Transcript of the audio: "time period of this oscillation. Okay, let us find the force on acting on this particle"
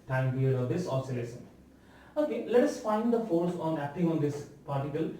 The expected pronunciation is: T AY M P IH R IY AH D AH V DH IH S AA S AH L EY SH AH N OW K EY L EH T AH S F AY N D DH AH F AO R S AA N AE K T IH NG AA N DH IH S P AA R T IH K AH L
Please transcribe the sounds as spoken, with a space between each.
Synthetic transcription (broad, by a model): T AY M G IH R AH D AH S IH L S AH L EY S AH N OW K EY L EH T AH S F AY N D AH F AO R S AA N AE K T IH NG AA N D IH S P AA R T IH K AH L